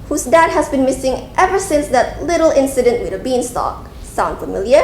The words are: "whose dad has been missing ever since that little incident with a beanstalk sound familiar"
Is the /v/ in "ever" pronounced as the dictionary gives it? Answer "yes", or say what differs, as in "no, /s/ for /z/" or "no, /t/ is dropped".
yes